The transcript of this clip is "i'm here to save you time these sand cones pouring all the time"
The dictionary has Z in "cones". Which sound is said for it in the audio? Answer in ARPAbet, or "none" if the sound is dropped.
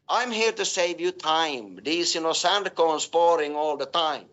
S